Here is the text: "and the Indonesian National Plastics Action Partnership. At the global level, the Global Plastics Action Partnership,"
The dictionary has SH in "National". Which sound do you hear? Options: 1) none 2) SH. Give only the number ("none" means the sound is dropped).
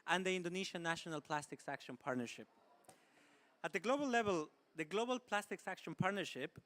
2